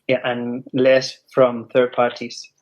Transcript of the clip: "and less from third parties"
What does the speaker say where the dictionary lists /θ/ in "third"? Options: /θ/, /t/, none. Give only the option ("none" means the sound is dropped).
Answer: /θ/